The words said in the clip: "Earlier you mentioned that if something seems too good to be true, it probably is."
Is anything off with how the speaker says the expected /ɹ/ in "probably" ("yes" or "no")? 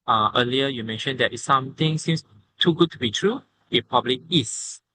yes